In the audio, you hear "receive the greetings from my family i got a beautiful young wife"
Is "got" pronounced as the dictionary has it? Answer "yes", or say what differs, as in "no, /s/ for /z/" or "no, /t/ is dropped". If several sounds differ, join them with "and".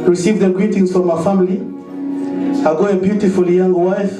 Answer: no, /t/ is dropped